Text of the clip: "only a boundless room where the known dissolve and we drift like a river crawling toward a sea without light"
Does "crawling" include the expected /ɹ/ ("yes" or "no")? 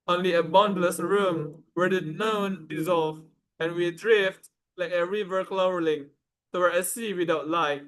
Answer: no